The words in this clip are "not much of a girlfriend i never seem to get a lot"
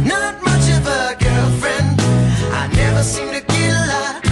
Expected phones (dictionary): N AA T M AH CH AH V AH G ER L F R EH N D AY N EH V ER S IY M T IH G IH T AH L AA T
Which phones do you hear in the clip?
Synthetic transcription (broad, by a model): N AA T M AH CH AH V AH G ER L F R EH N D AY N EH V ER S IY M T IH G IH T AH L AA